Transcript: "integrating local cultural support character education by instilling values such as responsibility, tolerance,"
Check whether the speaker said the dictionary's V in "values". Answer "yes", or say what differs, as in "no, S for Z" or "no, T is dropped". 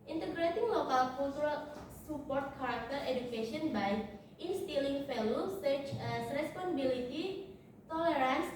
no, F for V